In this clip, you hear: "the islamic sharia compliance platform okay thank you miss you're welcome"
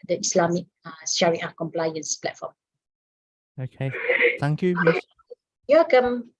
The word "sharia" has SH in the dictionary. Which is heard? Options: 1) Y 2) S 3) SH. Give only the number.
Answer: 2